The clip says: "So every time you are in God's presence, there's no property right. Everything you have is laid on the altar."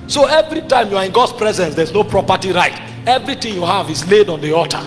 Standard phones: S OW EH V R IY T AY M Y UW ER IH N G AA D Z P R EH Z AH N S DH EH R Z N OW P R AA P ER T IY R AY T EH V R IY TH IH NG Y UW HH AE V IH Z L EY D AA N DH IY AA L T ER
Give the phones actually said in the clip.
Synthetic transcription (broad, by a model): S OW EH V R IY T AY M Y UW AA IH N G AA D S P R EH Z AH N S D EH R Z N OW P R AA P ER T IY R AY T EH V R IY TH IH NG Y UW HH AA V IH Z L EY D AA N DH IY AA T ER